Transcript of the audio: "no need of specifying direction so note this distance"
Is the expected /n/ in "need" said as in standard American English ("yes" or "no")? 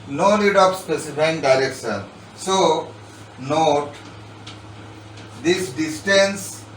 no